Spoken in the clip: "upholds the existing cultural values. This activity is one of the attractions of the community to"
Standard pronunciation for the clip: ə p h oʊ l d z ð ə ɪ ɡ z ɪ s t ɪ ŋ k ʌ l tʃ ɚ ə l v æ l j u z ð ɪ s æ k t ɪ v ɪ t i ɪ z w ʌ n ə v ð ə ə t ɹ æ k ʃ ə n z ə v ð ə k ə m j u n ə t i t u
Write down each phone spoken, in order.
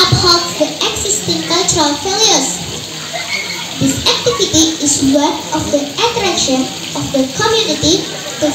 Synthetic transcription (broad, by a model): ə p h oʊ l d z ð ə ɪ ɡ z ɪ s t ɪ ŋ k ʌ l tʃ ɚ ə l f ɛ l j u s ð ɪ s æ k t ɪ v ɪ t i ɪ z w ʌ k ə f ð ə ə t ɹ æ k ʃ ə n ə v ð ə k ə m j u n ə t i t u